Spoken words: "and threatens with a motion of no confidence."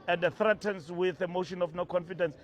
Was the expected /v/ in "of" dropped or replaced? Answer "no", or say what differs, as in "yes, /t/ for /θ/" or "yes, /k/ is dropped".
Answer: yes, /f/ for /v/